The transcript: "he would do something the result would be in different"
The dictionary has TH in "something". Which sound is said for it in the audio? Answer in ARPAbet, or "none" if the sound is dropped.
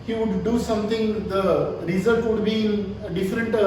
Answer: T